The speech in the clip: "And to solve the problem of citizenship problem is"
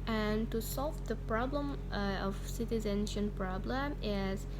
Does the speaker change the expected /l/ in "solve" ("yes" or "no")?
no